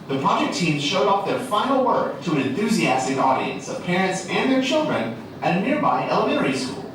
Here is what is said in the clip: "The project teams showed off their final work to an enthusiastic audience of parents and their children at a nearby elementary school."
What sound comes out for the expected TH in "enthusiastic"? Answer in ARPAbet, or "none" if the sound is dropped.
TH